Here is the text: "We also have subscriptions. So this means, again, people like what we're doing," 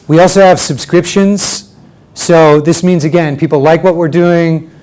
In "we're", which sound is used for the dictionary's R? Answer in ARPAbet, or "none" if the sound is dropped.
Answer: R